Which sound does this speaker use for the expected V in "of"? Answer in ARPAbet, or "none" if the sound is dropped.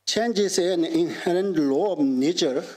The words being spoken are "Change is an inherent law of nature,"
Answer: B